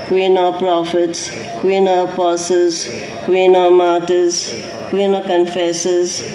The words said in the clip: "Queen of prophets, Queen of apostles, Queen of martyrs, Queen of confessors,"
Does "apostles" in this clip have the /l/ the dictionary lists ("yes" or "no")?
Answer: no